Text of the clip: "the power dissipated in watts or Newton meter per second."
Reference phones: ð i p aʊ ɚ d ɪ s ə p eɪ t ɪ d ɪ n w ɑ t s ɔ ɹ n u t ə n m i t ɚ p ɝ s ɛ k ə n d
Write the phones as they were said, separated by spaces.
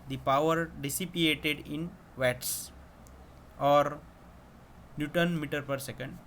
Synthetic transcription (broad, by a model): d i p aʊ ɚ d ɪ s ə p eɪ t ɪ d ɪ n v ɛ t s ɔ ɹ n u t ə n m i t ɚ p ɝ s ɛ k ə n d